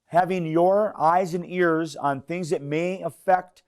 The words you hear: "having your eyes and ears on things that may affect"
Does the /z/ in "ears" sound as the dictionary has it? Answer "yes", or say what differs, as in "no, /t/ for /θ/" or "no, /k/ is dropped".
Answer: yes